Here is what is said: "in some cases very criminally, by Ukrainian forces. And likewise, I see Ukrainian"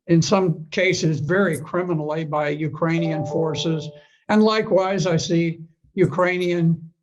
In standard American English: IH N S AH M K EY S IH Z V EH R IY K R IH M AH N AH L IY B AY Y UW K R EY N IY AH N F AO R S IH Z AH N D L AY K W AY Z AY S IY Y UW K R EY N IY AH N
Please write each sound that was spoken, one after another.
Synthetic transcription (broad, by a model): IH N S AH M K EY S IH Z V EH R IY K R IH M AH N L IY B AY Y UW K R EY N IY AH N F AO R S IH Z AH N L AY K W AY Z AY S IY Y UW K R EY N IY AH N